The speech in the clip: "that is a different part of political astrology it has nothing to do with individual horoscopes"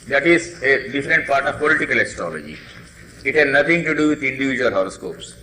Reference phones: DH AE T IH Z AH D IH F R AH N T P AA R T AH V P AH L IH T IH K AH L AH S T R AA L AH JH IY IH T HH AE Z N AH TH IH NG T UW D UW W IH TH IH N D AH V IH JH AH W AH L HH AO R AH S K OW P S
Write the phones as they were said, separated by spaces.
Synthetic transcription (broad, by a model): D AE T IH Z AH D IH F R AH N T P AA R T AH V P AH L IH T IH K AH L AH S T R AA L AH JH IY IH T HH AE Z N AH T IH NG T UW D UW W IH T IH N D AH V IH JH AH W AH L HH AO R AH S K OW P S